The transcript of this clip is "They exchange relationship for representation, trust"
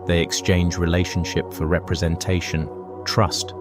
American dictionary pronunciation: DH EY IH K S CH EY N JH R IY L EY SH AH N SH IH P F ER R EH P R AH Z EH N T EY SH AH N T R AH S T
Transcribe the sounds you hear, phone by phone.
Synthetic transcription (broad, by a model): DH EY IH K S CH EY N JH R IY L EY SH AH N SH IH P F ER R EH P R AH Z EH N T EY SH AH N T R AH S T